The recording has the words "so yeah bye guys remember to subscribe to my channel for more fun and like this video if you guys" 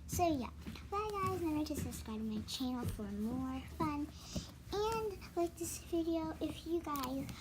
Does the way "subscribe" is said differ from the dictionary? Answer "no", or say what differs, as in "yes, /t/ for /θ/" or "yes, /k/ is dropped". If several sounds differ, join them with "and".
yes, /b/ is dropped and /k/ is dropped